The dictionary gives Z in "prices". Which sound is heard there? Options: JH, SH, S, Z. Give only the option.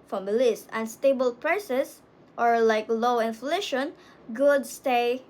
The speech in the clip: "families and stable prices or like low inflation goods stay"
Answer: S